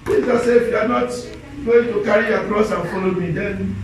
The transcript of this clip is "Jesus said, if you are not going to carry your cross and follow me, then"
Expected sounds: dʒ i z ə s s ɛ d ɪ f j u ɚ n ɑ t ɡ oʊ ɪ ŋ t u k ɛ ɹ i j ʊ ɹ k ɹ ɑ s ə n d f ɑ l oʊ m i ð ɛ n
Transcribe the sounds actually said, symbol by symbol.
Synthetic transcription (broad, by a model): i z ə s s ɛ ɪ f j u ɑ n ɑ t ɡ oʊ ɪ ŋ t u k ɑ ɹ i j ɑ k ɹ ɑ s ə n f ɑ l oʊ m i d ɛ n